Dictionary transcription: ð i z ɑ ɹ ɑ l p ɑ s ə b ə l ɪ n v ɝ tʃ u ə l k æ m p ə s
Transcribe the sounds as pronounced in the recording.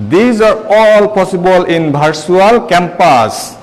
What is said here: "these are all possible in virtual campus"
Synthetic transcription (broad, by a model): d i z ɑ ɹ ɑ l p ɑ s ə b ə l ɪ n b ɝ s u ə l k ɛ m p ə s